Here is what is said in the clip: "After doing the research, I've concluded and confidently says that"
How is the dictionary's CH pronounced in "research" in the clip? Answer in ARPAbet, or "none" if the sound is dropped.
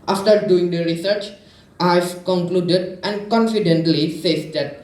CH